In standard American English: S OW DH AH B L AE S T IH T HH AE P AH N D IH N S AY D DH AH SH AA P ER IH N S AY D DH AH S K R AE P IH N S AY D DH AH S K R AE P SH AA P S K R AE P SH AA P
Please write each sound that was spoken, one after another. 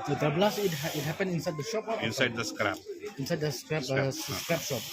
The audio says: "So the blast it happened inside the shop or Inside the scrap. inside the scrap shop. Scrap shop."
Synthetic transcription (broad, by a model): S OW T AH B L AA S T IH T HH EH P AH N IH N S AY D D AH SH AA P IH N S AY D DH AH S K R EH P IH N S AY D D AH S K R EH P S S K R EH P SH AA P